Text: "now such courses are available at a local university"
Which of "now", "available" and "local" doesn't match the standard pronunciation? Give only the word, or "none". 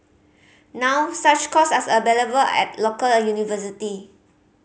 available